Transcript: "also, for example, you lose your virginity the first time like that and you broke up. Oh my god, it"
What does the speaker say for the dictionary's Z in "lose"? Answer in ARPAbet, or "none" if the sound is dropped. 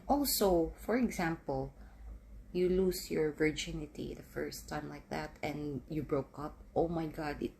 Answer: S